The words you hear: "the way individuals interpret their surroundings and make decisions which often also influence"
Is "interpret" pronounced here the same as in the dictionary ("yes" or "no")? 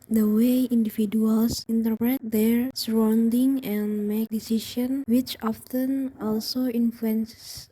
yes